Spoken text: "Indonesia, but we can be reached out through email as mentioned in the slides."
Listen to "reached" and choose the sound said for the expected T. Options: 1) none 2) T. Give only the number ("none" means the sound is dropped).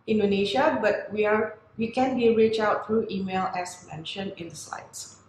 1